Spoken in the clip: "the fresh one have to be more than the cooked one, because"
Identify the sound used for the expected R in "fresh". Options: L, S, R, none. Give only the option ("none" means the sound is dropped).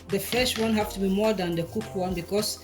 none